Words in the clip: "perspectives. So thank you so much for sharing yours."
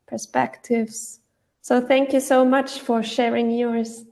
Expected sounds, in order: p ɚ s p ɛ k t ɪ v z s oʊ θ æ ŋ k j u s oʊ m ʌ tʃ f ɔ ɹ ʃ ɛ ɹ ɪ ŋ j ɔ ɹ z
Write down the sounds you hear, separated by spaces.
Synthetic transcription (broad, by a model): p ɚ s p ɛ k t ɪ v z s oʊ θ æ ŋ k j u s oʊ m ʌ tʃ f ɔ ɹ ʃ ɛ ɹ ɪ ŋ j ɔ ɹ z